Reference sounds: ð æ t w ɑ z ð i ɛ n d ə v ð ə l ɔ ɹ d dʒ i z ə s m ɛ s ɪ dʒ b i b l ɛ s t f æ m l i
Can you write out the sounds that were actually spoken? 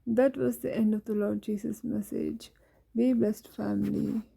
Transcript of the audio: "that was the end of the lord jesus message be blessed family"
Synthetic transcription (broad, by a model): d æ t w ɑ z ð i ɛ n d ə v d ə l ɔ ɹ d dʒ i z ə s m ɛ s ɪ dʒ b i b l ɛ s t f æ m l i